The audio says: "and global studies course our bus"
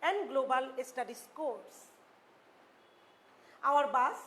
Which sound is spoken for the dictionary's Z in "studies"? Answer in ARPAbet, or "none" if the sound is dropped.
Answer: S